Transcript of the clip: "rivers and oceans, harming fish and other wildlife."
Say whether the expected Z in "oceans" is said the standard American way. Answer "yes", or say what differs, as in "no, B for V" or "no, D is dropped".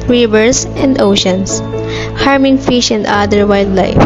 no, S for Z